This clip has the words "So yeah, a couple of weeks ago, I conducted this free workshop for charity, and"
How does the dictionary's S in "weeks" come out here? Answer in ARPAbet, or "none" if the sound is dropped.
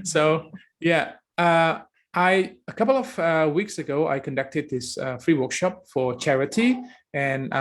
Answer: S